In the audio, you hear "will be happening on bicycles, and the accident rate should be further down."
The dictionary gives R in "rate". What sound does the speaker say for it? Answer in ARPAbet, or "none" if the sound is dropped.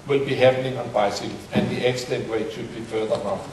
W